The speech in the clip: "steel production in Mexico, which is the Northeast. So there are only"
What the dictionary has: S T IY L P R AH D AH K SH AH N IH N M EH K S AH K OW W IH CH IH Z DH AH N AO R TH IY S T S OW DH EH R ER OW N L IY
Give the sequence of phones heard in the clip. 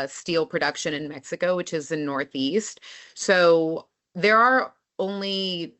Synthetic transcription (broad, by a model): S T IY L P R AH D AH K SH AH N IH N M EH K S AH K OW W IH CH IH Z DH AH N AO R TH IY S T S OW DH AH R ER OW N L IY